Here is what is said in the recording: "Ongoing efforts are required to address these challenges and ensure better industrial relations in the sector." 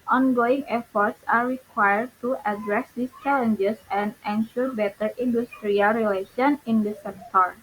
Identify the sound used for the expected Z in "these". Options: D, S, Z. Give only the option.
S